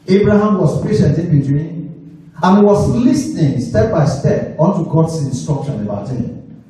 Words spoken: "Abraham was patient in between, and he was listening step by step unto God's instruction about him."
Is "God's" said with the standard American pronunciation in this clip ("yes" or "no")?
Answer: no